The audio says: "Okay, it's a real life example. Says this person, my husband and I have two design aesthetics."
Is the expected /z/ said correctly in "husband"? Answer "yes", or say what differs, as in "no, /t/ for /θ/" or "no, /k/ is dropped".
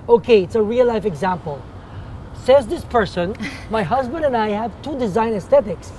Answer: yes